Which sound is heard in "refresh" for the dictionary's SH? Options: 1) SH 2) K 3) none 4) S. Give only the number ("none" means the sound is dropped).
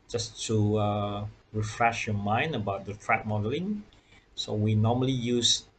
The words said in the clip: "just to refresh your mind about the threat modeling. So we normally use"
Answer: 1